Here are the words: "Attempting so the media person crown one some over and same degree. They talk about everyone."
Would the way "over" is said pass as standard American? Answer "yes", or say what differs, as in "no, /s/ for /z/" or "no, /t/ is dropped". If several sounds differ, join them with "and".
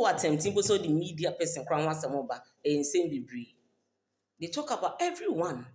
no, /b/ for /v/